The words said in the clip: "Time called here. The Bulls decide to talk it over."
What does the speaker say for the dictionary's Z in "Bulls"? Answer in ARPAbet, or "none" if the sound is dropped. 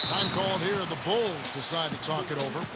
Z